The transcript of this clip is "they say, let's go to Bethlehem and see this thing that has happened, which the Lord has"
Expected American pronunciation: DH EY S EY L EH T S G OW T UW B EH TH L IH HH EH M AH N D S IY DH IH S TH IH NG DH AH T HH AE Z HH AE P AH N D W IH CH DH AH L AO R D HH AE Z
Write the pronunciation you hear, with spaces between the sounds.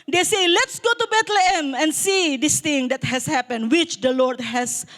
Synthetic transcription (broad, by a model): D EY S EY L EH T S G OW T UW B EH T L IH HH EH M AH N S IY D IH S T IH NG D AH T HH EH S HH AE P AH N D W IH CH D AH L AO R D HH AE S